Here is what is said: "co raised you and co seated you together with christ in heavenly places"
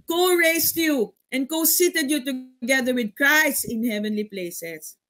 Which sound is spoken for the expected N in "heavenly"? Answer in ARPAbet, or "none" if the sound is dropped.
N